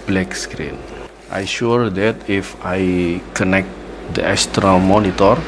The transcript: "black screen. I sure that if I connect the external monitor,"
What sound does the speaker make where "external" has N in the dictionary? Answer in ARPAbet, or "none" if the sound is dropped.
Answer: none